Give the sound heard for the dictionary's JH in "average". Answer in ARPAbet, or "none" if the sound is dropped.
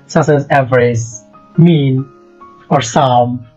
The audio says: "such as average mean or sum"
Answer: Z